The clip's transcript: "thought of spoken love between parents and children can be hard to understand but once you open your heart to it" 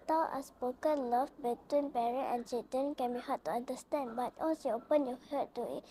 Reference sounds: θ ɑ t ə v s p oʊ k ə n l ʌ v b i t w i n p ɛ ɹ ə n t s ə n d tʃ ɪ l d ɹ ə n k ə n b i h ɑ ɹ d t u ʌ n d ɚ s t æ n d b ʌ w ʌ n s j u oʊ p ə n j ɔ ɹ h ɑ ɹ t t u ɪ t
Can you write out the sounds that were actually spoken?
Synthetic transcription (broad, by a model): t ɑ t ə s p oʊ k ə n l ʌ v b i t w i n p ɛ ɹ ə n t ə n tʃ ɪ d ə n k ə n b i h ɑ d t u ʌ n d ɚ s t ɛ n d b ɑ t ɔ s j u oʊ p ə n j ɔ h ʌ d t t u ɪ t